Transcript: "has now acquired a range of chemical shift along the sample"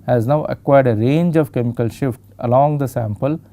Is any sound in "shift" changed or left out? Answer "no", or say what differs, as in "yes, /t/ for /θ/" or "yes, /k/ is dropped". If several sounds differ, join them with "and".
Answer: no